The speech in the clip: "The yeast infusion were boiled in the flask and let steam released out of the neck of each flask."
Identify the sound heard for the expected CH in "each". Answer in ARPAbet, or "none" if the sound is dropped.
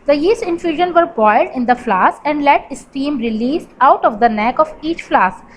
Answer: CH